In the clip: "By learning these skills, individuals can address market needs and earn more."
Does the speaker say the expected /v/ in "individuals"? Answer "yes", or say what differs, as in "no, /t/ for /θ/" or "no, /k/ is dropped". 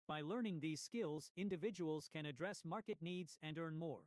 yes